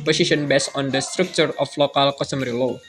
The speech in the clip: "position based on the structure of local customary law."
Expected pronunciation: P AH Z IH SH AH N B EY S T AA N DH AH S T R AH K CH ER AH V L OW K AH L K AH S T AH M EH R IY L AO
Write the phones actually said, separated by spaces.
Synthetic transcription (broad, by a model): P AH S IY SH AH N B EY S AA N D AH S T R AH K CH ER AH F L OW K AH L K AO S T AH M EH R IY L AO